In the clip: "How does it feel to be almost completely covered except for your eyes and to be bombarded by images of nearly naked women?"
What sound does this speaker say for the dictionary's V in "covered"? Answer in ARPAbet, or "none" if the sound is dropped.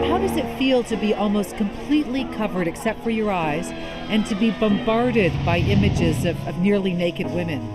V